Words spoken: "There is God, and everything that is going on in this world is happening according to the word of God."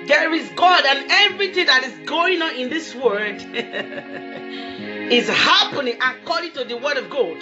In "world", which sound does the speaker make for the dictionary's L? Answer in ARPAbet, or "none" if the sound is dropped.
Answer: none